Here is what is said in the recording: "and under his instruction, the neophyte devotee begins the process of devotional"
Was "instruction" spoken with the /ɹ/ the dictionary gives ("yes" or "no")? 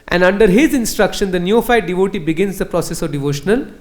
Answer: yes